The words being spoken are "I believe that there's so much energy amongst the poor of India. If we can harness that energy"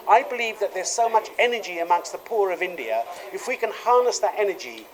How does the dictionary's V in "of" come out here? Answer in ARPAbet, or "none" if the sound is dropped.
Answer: V